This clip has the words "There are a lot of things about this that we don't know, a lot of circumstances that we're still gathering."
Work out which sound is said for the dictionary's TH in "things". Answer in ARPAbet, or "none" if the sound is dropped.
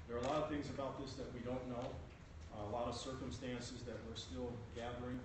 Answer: TH